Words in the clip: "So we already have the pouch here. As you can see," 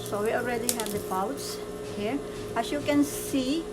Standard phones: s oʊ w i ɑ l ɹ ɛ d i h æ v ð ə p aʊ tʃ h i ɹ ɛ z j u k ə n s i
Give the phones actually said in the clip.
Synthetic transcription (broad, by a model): s oʊ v i ɑ l ɹ ɛ d i h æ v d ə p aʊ s h i ɹ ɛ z j u k ə n s i